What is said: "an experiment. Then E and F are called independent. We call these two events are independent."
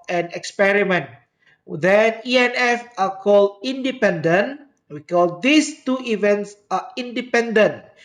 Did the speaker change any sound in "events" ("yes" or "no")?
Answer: no